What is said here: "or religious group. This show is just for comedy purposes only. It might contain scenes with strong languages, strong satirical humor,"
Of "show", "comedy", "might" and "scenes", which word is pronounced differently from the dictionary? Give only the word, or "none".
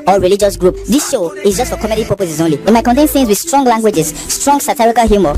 scenes